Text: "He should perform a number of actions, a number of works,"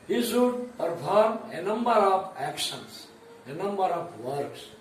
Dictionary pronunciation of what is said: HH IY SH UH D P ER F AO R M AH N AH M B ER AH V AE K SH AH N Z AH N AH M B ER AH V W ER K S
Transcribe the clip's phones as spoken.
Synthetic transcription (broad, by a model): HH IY S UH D P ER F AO R M AH N AH M B ER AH P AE K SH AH N S AH N AH M B ER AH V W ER K S